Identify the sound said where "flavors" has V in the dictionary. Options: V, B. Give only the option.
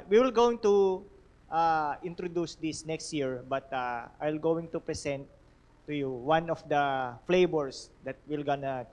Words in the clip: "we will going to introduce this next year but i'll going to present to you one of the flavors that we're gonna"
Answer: B